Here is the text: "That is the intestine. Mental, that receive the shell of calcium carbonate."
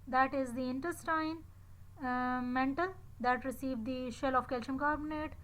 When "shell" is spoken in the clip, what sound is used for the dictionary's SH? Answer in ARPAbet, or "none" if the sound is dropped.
SH